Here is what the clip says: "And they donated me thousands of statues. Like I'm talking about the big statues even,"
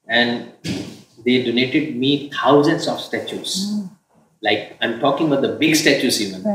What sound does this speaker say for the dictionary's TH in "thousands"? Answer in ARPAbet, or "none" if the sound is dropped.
T